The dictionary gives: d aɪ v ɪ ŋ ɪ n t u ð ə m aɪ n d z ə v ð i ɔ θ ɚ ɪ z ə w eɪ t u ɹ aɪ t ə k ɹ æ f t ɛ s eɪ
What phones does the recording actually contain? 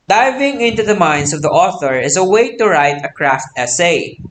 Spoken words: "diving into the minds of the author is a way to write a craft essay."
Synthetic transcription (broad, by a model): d aɪ v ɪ ŋ ɪ n t u ð ə m aɪ n d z ə v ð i ɔ θ ɚ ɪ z ə w eɪ t u ɹ aɪ t ə k ɹ æ f t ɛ s eɪ